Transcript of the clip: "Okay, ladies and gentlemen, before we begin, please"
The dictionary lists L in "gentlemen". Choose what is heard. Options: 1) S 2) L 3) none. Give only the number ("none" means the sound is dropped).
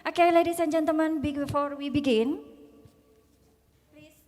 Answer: 3